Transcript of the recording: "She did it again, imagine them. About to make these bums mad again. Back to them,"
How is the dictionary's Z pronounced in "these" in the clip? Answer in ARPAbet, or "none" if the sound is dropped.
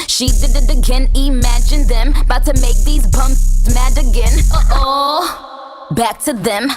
Z